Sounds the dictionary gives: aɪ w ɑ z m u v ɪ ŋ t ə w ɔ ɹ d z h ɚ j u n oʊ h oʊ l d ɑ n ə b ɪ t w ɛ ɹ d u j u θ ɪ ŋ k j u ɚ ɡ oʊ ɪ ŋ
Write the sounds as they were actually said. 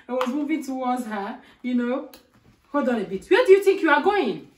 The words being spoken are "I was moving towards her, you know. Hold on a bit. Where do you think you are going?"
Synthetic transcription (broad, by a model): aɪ w ɑ z m u v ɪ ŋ t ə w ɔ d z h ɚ j u n oʊ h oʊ d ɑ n ə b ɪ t w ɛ d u j u θ ɪ ŋ k j u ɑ ɡ oʊ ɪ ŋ